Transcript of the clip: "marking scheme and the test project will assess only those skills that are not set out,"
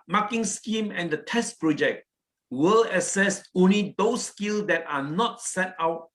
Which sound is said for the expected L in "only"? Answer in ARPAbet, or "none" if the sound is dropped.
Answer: L